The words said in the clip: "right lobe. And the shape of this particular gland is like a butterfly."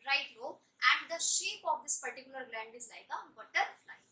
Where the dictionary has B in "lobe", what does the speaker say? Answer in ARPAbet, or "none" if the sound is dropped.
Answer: none